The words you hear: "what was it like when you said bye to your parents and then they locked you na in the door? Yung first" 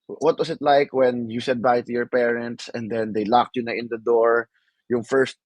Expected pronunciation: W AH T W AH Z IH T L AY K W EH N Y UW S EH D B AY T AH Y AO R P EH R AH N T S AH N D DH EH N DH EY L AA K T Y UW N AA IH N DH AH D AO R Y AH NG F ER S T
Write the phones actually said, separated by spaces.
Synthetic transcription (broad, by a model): W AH T W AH S IH T L AY K W EH N Y UW S EH D B AY T AH Y AO R P EH R AH N T S AH N D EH N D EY L AA K T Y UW N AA IH N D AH D AO R Y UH NG F ER S T